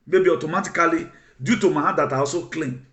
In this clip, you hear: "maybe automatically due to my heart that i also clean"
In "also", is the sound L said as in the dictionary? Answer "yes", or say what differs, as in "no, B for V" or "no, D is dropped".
no, L is dropped